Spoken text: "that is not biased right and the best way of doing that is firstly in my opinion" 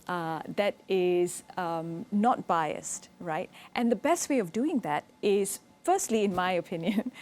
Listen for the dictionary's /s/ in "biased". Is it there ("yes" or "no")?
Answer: yes